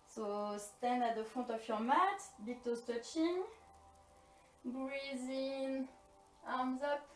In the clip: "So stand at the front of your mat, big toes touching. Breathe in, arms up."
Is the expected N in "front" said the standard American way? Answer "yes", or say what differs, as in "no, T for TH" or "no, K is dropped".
no, N is dropped